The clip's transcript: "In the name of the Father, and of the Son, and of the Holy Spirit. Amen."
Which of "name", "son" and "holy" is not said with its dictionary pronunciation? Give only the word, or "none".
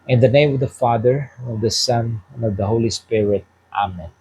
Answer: none